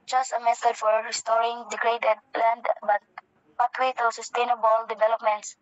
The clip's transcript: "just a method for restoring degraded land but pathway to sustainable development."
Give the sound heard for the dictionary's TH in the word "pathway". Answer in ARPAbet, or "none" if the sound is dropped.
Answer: T